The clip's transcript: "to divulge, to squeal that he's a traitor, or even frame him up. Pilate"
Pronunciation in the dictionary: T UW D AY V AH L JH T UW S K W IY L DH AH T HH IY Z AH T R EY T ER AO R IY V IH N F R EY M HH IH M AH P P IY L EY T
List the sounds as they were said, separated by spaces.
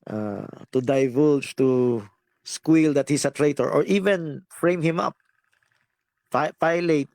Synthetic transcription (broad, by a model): T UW D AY V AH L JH T UW S K W IY L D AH T HH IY S AH T R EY T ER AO R IY V IH N F R EY M HH IH M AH P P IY L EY T